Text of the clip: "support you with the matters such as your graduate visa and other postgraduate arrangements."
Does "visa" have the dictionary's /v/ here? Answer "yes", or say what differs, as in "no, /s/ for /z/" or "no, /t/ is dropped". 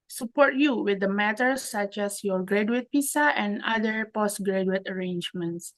no, /p/ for /v/